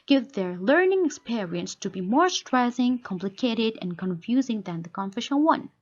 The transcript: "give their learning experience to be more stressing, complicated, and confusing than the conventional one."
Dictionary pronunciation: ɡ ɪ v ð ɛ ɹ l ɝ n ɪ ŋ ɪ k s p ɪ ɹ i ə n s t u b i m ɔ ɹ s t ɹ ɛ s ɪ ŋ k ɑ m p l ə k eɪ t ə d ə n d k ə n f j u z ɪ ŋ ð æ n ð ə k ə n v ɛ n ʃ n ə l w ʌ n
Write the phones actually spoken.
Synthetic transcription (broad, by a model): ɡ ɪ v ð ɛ ɹ l ɝ n ɪ ŋ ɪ k s p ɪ ɹ i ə n s t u b i m ɔ ɹ s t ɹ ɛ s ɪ ŋ k ɑ m p l ə k eɪ t ə d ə n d k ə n f j u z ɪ ŋ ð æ n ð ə k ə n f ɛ ʃ ə n w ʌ n